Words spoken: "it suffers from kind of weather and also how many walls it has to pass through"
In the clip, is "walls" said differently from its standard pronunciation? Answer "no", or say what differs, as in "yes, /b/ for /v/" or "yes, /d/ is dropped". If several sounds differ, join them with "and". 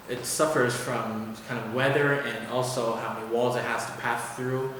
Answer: no